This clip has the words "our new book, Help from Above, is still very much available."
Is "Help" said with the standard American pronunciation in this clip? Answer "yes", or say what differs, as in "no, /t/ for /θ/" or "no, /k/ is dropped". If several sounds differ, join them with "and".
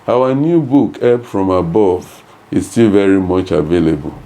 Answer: no, /l/ is dropped